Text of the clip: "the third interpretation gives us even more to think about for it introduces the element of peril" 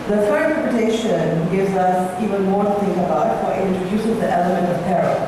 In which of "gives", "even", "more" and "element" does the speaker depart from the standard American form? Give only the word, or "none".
none